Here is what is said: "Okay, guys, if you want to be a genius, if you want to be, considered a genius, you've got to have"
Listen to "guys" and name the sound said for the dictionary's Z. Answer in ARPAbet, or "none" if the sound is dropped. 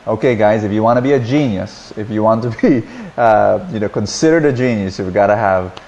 Z